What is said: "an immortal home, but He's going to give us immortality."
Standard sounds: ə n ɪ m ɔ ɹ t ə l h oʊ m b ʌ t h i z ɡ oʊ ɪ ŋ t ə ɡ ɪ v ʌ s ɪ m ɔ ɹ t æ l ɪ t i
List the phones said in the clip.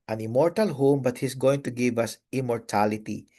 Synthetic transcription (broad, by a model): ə n ɪ m ɔ ɹ t ə l h oʊ m b ʌ t h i s ɡ oʊ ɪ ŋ t ə ɡ ɪ v ʌ s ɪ m ɔ ɹ t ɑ l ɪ t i